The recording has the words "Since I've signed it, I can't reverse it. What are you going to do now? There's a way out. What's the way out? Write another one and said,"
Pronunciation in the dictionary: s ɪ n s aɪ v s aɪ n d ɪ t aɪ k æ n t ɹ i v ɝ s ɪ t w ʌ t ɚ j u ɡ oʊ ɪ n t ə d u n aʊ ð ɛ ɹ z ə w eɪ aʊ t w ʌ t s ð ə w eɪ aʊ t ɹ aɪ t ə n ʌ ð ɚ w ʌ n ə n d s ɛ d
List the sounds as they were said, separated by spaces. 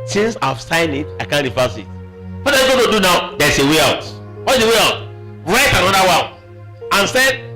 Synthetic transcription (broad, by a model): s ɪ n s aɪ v s aɪ n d ɪ t aɪ k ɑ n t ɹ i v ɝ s ɪ t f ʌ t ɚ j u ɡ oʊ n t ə d u n aʊ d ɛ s ə w eɪ aʊ t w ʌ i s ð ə w eɪ aʊ t ɹ aɪ t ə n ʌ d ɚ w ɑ l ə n s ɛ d